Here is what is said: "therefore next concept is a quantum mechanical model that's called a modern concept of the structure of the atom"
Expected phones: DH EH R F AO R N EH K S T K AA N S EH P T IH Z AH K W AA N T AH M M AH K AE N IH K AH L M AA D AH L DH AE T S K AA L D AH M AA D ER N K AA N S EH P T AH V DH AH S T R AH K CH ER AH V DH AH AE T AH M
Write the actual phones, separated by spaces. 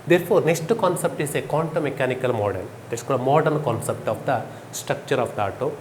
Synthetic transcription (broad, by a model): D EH R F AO R N EH K S T K AA N S EH P T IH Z AH K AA N T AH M M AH K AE N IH K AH L M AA D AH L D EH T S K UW D AH M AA D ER N K AA N S EH P T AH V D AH S T R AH K CH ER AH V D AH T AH